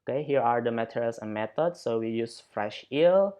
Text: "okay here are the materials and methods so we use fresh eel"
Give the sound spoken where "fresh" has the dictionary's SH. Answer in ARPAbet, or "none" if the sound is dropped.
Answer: SH